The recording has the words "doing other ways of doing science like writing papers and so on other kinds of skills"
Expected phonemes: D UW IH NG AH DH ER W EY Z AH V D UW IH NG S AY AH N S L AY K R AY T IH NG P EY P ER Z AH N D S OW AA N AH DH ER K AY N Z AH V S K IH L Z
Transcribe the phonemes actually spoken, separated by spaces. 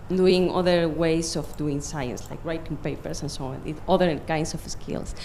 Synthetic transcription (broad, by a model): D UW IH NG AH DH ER W EY S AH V D UW IH NG S AY AH N S L AY K R AY T IH NG P EY P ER S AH N S OW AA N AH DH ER K AY N S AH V S K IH L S